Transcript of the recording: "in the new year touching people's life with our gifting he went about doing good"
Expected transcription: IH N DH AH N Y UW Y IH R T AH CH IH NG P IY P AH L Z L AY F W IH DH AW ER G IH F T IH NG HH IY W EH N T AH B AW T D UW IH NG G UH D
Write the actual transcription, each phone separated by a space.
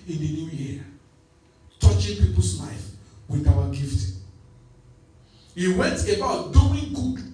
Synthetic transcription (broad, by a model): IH N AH N Y UW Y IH T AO CH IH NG P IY P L S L AY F W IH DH AW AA G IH F T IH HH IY W EH N T AH B AW T D UW IH NG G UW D